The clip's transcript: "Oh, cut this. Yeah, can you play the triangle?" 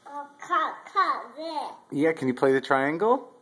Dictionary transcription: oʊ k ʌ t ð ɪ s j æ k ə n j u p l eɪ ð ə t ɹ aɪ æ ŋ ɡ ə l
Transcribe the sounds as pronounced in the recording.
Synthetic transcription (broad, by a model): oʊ k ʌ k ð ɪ j æ k ə n j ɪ p l eɪ ð ə t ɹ aɪ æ ŋ ɡ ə l